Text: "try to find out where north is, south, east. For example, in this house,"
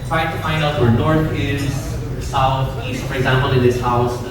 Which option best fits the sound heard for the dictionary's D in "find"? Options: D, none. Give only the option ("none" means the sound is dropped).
D